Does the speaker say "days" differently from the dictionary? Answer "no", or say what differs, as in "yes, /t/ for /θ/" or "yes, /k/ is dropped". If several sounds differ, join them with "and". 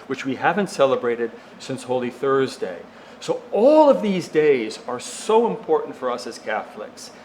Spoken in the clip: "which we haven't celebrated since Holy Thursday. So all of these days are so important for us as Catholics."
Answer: no